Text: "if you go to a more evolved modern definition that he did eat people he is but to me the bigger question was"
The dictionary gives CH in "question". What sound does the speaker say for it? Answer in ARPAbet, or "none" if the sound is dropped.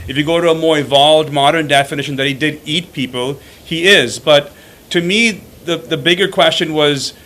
CH